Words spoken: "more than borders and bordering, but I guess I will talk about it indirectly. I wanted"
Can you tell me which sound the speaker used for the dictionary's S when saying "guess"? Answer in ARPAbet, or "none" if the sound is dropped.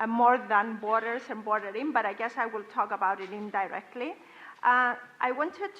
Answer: S